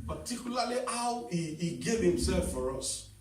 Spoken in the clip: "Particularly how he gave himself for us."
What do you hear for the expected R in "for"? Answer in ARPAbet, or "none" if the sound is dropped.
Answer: R